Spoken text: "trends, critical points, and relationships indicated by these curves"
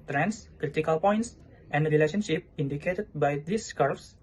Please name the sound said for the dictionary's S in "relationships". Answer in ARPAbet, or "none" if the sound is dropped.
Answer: none